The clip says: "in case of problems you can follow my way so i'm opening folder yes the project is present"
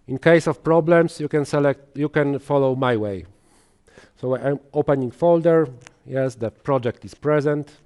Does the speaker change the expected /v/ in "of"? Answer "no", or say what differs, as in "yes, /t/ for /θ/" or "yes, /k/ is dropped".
yes, /f/ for /v/